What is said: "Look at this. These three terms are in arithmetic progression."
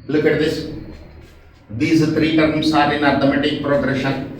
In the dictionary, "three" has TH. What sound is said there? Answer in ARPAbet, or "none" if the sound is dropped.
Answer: T